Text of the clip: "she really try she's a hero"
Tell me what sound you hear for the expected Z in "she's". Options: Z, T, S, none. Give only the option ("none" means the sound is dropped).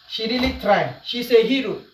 S